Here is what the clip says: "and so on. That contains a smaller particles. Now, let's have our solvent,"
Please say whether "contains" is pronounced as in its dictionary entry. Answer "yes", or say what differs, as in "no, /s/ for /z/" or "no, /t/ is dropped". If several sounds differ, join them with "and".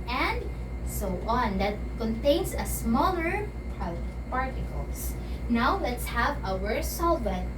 no, /s/ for /z/